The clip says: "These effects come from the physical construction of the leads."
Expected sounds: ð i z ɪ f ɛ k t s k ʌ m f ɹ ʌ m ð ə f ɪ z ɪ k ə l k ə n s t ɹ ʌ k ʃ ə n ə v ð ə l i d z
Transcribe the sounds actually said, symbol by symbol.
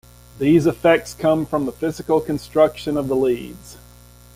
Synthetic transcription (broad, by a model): ð i z ɪ f ɛ k t s k ʌ m f ɹ ʌ m ð ə f ɪ z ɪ k l k ə n s t ɹ ʌ k ʃ ə n ə v ð ə l i d z